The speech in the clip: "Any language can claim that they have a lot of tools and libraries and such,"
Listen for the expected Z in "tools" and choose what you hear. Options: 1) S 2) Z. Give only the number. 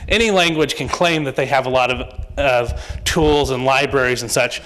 2